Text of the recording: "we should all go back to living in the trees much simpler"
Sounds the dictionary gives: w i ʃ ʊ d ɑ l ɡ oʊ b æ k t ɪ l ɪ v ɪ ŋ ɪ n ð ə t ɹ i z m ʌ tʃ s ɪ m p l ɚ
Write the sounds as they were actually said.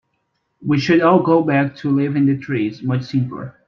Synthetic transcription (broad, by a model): w i ʃ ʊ d ɑ l ɡ oʊ b æ k t ɪ l ɪ v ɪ ɪ n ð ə t ɹ i z m ʌ tʃ s ɪ m p l ɚ